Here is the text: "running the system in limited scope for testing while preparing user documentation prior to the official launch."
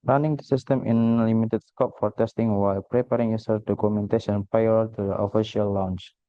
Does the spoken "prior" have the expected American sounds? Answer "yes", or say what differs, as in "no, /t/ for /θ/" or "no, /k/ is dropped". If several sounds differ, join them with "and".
no, /ɹ/ is dropped